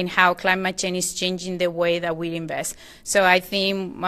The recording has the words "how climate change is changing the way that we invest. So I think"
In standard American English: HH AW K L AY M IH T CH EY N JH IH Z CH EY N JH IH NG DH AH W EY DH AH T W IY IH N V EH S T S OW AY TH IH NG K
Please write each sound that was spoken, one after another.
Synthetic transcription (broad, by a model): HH AW K L AY M IH T CH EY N IH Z CH EY N JH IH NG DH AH W EY DH AH T W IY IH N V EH S T S OW AY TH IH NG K